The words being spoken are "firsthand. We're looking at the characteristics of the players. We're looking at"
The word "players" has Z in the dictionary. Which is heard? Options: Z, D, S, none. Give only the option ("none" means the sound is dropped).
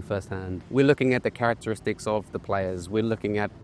Z